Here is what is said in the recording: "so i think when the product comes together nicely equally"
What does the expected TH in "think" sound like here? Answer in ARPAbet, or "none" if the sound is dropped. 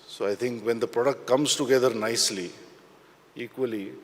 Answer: T